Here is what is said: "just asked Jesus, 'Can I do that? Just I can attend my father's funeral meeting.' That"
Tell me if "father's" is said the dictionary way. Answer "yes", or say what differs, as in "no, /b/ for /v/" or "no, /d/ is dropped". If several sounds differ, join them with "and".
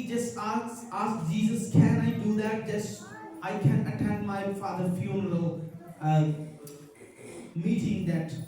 no, /z/ is dropped